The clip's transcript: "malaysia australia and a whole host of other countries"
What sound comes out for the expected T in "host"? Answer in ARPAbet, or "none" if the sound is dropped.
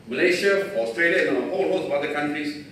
none